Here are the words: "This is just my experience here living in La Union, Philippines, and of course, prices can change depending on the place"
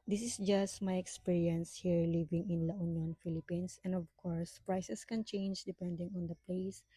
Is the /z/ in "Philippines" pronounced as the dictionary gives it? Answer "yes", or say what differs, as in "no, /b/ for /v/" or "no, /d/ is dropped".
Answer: no, /s/ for /z/